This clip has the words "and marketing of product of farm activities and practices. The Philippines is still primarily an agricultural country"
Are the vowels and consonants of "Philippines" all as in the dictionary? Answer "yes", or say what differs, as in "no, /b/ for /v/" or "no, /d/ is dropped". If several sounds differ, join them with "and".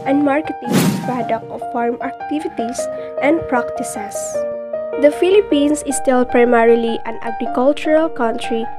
no, /s/ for /z/